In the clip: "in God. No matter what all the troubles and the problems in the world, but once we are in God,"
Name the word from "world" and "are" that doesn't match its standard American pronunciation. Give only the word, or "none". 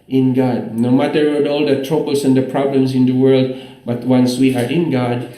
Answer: none